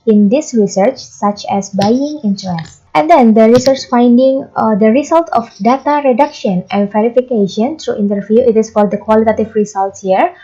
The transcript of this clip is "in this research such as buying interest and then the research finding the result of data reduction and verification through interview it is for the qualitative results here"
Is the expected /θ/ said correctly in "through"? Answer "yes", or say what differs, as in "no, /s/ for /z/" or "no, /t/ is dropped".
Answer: no, /t/ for /θ/